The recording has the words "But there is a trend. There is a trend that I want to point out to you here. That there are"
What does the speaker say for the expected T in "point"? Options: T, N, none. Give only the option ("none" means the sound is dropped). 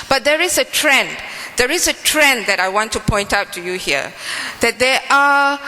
T